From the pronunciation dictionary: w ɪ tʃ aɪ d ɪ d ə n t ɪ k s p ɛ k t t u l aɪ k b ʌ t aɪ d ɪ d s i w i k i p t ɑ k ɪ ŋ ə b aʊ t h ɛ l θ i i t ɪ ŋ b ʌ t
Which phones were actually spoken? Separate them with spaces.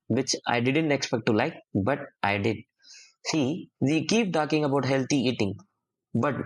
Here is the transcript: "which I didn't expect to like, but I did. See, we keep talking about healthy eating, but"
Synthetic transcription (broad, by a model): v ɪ tʃ aɪ d ɪ d ə n t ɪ k s p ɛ k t t u l aɪ k b ʌ t aɪ d ɪ d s i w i k i p t ɑ k ɪ ŋ ə b aʊ t h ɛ l t i i t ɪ ŋ b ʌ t